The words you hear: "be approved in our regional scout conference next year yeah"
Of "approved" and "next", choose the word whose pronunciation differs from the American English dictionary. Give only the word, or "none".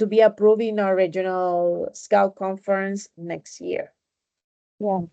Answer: approved